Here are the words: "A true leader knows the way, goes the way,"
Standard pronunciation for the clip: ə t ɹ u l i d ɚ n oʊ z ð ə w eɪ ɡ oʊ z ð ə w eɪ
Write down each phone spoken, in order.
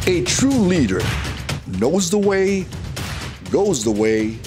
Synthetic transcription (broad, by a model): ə t ɹ u l i d ɚ n oʊ z ð ə w eɪ ɡ oʊ z ð ə w eɪ